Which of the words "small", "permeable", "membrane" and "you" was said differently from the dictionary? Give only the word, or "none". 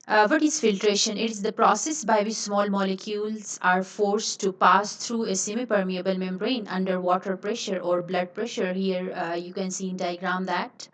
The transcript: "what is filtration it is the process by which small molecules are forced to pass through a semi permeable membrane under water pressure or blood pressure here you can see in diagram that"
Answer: membrane